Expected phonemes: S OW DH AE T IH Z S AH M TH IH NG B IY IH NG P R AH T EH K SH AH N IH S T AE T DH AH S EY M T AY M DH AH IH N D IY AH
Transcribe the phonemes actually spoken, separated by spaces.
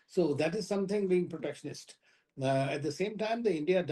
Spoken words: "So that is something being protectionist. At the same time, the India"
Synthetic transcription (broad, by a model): S OW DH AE T IH Z S AH M T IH NG B IY IH NG P R AH T EH K SH AH N IH S T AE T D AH S EY M T AY M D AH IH N D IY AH